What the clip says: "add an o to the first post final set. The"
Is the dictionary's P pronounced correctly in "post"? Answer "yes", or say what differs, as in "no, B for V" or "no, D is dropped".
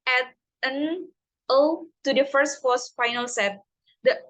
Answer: no, F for P